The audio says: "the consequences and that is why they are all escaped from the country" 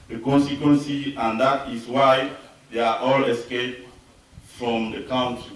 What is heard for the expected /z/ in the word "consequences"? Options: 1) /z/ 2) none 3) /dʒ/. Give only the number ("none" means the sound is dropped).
2